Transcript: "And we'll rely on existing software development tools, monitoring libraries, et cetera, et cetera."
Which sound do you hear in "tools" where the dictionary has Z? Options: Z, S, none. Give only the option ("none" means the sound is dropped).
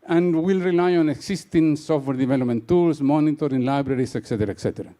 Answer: S